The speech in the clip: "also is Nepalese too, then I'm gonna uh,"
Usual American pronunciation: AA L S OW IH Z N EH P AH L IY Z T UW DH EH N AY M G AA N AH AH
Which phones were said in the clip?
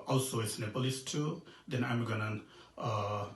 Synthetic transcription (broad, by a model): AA L S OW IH S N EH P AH L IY S T UW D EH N AY M G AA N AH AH